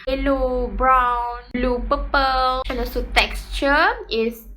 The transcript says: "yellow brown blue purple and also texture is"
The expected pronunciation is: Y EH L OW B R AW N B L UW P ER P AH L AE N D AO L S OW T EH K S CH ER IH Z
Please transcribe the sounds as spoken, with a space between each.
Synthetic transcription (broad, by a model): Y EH L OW B R AW N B L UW P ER P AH L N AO S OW T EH K S CH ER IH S